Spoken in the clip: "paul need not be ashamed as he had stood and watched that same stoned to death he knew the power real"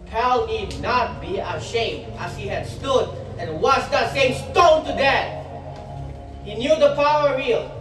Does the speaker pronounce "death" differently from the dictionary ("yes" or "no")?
yes